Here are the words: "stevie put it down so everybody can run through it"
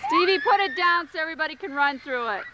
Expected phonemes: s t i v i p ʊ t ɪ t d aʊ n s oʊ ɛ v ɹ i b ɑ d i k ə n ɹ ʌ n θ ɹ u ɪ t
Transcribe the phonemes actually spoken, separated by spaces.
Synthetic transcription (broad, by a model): s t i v i p ʊ t ɪ t d aʊ n s oʊ ɛ v ɹ i b ɑ d i k ə n ɹ ʌ n θ ɹ u ɪ t